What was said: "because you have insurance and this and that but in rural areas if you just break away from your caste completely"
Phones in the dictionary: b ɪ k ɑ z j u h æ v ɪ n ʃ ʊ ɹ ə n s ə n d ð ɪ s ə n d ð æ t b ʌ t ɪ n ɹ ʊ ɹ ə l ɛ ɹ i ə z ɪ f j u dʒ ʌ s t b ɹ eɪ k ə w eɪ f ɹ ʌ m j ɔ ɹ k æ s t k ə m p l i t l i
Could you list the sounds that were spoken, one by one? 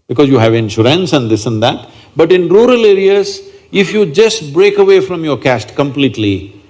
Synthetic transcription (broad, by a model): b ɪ k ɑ z j u h æ v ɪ n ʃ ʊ ɹ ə n s ə n d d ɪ s ə n d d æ t b ʌ t ɪ n ɹ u ɹ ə l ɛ ɹ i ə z ɪ f j u dʒ ʌ s t b ɹ eɪ k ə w eɪ f ɹ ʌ m j ɔ ɹ k æ s t k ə m p l i t l i